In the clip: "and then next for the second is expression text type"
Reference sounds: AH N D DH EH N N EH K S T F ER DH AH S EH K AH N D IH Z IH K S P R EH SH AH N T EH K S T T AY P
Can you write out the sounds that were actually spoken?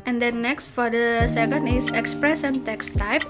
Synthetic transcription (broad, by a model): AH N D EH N N EH K S T F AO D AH S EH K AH N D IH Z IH K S P R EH S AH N T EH K S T T AY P